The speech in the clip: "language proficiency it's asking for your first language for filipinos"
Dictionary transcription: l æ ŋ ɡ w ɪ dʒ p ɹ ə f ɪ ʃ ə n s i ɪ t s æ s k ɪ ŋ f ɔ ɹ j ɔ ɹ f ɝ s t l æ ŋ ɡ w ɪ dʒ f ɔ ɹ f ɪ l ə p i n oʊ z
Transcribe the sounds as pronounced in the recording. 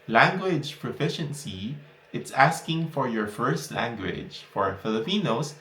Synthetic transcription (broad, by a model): l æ ŋ ɡ w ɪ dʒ p ɹ ə f ɪ ʃ ə n s i ɪ t s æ s k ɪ ŋ f ɔ ɹ j ɔ ɹ f ɝ s t l æ ŋ ɡ w ɪ dʒ f ɔ ɹ f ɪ l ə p i n oʊ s